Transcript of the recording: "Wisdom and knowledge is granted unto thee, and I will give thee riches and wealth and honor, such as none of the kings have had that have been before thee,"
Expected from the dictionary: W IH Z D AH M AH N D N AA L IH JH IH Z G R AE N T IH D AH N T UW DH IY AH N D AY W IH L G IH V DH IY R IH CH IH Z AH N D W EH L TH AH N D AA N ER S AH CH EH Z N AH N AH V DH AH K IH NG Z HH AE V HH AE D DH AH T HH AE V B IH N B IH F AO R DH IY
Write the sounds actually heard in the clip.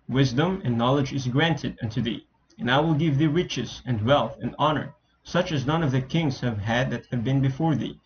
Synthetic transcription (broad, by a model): W IH Z D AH M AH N N AA L IH JH IH Z G R AE N T IH D AH N T UW DH IY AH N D AY W IH L G IH V DH IY R IH CH IH Z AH N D W EH L TH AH N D AA N ER S AH CH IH Z N AH N AH V DH AH K IH NG Z HH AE V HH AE D DH AH T HH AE V B IH N B IH F AO R DH IY